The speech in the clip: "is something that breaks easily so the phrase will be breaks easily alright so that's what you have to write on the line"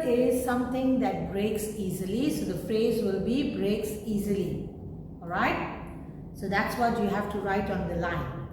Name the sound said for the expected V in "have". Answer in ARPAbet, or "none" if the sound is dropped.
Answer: F